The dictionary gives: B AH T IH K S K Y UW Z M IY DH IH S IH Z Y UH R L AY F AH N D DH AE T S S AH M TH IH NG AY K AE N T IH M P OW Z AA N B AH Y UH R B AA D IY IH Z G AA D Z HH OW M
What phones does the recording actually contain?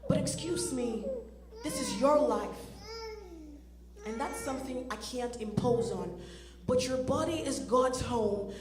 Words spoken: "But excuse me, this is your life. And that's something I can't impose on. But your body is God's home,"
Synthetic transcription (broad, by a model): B AH T IH K S K Y UW Z M IY DH IH S IH Z Y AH R L AY F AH N DH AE T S S AH M TH IH NG AY K AE N T IH M P OW Z N B AH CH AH R B AA D IY IH Z G AA D Z HH OW M